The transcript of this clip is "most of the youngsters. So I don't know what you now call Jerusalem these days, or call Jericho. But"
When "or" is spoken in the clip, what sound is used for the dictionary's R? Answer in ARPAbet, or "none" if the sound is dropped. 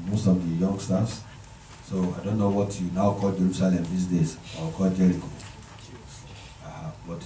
W